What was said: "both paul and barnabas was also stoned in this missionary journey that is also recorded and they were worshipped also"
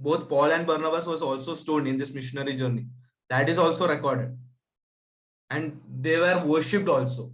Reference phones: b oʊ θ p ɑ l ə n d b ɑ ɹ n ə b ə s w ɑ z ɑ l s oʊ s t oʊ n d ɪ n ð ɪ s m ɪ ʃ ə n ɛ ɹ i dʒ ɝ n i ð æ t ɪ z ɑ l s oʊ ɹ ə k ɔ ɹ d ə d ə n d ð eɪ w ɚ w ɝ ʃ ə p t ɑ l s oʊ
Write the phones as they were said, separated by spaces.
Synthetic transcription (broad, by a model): b oʊ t p ɑ l ə n d b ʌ ɹ n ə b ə s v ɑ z ɑ l s oʊ s t oʊ l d ɪ n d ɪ s m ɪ ʃ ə n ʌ ɹ i dʒ ɝ n i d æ t ɪ z ɑ l s oʊ ɹ ə k ɔ ɹ d ə d ə n d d eɪ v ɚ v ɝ ʃ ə p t ɑ l s oʊ